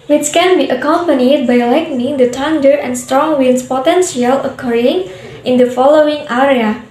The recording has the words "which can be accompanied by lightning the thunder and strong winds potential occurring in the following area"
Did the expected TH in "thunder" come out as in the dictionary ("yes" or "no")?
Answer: no